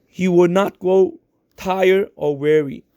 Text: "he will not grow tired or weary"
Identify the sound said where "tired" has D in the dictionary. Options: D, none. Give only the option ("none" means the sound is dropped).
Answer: none